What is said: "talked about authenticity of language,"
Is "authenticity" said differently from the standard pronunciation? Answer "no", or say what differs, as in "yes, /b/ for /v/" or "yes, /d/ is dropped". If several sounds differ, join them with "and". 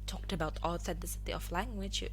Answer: yes, /s/ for /θ/